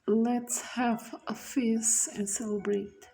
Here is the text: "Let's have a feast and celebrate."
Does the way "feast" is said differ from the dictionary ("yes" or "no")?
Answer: yes